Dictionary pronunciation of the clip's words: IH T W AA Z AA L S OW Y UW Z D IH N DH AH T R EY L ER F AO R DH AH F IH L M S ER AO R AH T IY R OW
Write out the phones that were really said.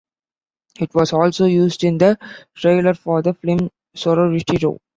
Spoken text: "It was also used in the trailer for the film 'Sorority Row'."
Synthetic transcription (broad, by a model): IH T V AA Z AA L S OW Y UW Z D IH N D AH T R EY L ER F AO R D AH F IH M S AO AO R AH T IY R OW